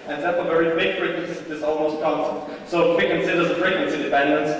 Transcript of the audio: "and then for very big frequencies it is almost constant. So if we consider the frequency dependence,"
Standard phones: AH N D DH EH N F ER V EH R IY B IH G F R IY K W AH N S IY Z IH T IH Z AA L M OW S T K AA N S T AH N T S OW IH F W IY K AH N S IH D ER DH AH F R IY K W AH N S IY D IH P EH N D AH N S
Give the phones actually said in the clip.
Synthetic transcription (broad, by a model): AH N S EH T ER V EH R IY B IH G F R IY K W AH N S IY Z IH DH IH S AA L M OW S T K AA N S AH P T S OW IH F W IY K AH N S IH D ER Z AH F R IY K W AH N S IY D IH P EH N D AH N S